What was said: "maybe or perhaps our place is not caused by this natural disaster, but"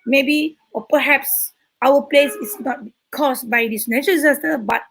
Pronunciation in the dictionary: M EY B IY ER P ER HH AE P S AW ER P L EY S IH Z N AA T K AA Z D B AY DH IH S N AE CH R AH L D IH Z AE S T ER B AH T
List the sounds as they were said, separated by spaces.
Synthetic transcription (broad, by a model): M EY B IY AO P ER HH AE P S AW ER P L EY S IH S N AA T K AA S B AY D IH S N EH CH AH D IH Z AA S T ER B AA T